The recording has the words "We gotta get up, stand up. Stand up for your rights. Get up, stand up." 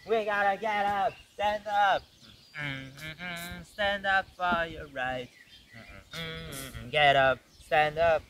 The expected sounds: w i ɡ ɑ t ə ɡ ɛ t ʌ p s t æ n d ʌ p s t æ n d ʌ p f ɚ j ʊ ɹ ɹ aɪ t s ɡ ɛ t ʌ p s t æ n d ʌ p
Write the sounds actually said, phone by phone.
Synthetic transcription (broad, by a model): w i ɡ ɑ t ə ɡ ɛ t ʌ p s t æ n d ʌ p s t æ n d ʌ p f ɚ j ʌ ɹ ɹ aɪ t ɡ ɛ t ʌ p s t æ n d ʌ p